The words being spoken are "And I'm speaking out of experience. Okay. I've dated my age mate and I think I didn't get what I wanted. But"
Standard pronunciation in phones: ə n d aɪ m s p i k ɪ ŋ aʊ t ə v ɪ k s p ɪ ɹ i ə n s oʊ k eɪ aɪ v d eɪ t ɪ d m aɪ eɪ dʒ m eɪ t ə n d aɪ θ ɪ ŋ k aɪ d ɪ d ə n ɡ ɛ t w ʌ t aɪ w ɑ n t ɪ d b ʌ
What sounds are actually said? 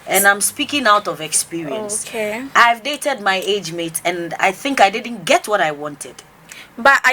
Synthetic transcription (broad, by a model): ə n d aɪ m s p i k ɪ ŋ aʊ t ə v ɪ k s p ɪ ɹ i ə n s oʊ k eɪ aɪ v d eɪ t ɪ d m aɪ eɪ dʒ m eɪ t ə n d aɪ θ ɪ ŋ k aɪ d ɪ d n ɡ ɛ t w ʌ t aɪ w ɑ n t ɪ d b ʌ